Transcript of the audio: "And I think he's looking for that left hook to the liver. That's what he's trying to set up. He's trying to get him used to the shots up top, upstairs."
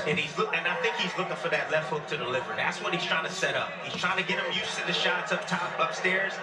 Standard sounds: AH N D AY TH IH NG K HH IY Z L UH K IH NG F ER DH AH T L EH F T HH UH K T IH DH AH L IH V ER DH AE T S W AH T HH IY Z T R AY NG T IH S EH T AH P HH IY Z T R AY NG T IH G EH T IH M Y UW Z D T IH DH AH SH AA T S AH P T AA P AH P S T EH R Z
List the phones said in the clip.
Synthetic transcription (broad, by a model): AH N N AY TH IH NG K HH IY Z L UH K IH NG F ER DH AH T L EH F T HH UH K T IH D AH L IH V ER DH AE T S W AH T HH IY Z T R AY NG T IH S EH T AH P HH IY Z T R AY NG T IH G EH T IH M Y UW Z T IH DH AH SH AA T S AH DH T AA P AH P S T EH R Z